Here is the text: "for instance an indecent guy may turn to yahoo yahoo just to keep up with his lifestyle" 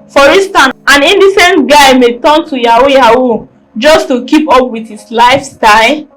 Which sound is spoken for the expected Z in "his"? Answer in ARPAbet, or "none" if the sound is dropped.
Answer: S